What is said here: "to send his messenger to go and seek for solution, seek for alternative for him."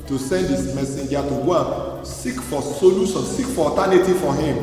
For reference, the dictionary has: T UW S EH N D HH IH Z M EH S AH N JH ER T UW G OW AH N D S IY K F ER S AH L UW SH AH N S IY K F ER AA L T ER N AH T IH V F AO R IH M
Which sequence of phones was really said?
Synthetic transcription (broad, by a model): T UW S EH N D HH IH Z M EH S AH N JH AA T UW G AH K S IY K F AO S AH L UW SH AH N S IY K F AA T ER N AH T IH F AO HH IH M